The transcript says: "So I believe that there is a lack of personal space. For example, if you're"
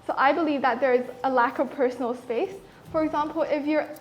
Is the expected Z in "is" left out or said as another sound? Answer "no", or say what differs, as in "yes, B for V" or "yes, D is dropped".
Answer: no